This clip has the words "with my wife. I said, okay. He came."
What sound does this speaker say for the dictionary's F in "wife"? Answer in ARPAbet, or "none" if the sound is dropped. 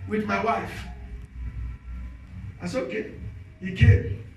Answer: F